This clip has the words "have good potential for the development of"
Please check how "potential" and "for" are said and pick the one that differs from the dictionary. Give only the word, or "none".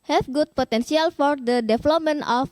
potential